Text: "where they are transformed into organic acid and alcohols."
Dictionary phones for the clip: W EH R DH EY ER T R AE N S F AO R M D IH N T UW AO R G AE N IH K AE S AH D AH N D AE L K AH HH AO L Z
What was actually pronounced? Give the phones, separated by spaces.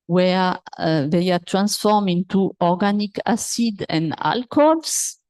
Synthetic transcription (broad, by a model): W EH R DH EY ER T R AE N S F AO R M IH N T UW AO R G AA N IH K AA S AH D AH N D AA L K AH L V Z